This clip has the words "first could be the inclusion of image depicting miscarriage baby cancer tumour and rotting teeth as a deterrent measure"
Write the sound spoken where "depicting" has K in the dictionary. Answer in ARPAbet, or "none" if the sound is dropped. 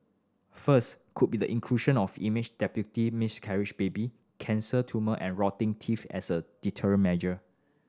none